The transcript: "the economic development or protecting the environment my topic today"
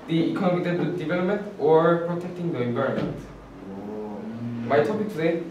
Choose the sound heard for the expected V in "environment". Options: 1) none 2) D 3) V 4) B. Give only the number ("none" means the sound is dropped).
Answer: 4